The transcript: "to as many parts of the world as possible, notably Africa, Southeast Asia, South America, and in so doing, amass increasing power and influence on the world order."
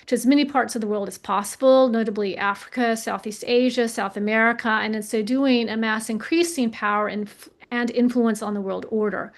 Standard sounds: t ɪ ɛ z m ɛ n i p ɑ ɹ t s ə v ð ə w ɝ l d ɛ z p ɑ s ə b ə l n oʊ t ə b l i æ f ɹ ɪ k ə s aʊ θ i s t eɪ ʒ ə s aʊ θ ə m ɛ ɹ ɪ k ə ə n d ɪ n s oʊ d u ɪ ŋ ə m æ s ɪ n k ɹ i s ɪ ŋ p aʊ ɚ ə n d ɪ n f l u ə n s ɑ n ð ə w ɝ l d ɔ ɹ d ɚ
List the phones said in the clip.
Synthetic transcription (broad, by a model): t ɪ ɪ z m ɛ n i p ɑ ɹ t s ə v ð ə w ɝ l d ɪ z p ɑ s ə b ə l n oʊ t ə b l i æ f ɹ ɪ k ə s aʊ θ i s t eɪ ʒ ə s aʊ θ ə m ɛ ɹ ɪ k ə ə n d ɪ n s oʊ d u ɪ ŋ ə m æ s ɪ n k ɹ i s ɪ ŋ p aʊ ɚ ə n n ɪ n f l u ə n s n ð ə w ɝ l d ɔ ɹ d ɚ